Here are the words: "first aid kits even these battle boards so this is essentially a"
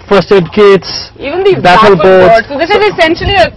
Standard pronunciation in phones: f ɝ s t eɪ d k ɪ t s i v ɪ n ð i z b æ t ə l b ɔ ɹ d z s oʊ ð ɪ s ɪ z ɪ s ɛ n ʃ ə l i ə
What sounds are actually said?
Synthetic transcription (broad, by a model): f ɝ s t eɪ d k ɪ t s i v ɪ n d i b æ t ə l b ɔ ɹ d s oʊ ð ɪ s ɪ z ɪ s ɛ n ʃ ə l i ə